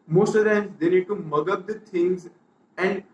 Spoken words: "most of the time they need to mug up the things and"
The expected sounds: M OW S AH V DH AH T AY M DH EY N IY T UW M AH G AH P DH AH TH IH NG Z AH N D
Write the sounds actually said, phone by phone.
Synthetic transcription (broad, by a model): M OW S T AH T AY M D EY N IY T UW M AH G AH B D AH T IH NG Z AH N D